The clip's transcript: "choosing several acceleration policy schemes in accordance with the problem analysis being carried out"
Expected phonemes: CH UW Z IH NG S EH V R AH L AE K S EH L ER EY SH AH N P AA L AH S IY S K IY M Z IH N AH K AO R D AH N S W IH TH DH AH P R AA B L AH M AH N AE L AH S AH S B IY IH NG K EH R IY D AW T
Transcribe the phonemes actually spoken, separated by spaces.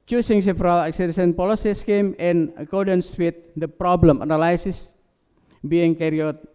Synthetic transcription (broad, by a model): CH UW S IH NG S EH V R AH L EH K S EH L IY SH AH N P AA L AH S IY S K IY M IH N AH K AO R D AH N S W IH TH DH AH P R AA B L AH M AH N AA L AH S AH S B IY IH NG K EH R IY AO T